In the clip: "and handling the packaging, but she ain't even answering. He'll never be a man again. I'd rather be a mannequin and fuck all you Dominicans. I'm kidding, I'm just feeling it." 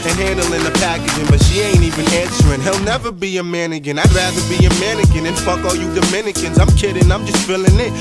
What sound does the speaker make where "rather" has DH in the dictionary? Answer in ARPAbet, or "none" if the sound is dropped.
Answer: DH